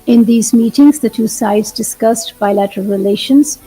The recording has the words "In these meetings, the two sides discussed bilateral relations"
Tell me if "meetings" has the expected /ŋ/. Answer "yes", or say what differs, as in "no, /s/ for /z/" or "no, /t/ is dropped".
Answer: yes